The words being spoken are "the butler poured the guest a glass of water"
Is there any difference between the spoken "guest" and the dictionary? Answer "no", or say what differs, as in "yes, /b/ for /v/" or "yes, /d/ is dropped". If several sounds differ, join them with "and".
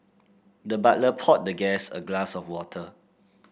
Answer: yes, /t/ is dropped